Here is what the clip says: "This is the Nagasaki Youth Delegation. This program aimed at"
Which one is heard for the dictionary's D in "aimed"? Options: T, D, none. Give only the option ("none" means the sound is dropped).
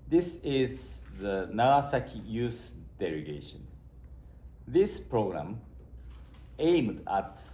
D